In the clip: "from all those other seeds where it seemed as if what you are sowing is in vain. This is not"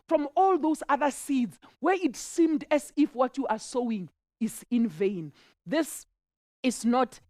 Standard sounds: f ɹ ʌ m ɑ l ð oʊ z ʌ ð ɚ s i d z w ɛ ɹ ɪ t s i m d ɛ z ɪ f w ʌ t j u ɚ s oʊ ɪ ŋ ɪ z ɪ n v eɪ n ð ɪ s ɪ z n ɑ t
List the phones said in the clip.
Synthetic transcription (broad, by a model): f ɹ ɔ m ɑ l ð oʊ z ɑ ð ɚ s i d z w ɛ ɹ ɪ t s i m d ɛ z ɪ f w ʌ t j u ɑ s oʊ ɪ ŋ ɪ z ɪ n v eɪ n ð ɪ s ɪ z n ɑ t